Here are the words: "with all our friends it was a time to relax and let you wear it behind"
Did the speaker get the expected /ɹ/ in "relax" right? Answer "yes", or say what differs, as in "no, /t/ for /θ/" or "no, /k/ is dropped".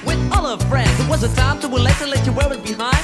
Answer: no, /w/ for /ɹ/